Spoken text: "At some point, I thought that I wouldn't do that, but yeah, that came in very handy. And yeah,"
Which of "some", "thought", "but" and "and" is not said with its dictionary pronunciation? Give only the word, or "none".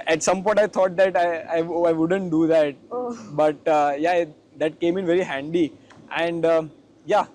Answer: thought